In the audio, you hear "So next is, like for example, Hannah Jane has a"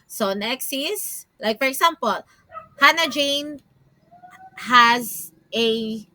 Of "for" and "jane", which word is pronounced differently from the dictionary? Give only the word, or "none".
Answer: none